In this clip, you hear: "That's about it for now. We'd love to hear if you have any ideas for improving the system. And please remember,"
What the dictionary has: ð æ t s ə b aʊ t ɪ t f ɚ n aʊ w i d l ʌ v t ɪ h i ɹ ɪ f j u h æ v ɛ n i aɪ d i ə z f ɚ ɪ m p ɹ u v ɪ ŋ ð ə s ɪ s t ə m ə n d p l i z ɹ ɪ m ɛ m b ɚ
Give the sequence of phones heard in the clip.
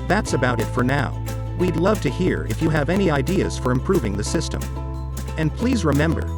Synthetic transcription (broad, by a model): ð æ t s ə b aʊ t ɪ t f ɚ n aʊ w i d l ʌ v t ɪ h i ɹ ɪ f j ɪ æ v ɛ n i aɪ d i ə z f ɚ ɪ m p ɹ u v ɪ ŋ ð ə s ɪ s t ə m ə n p l i z ɹ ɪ m ɛ m b ɚ